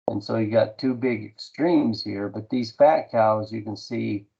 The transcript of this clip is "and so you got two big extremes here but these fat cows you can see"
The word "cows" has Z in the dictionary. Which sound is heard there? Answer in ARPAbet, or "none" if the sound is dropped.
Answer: Z